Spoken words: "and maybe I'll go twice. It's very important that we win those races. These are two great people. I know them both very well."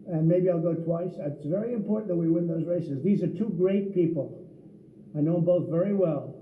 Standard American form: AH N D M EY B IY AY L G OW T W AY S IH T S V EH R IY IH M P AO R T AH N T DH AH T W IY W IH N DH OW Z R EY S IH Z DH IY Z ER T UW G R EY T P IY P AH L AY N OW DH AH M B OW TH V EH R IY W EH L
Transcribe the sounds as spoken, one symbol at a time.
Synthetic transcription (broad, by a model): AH N M EY B IY AY L G OW T W AY S IH T S V EH R IY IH M P AO R T N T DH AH T W IY W IH N DH OW Z R EY S IH Z DH IY Z ER T UW G R EY T P IY P L AY N OW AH B OW TH V EH R IY W EH L